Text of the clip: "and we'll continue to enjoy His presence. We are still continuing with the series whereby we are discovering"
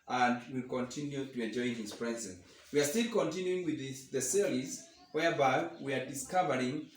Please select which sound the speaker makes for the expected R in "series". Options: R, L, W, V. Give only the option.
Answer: L